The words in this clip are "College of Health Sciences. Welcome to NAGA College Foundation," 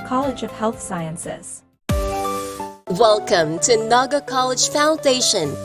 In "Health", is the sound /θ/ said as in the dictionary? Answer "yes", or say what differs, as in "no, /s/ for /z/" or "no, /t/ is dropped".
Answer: yes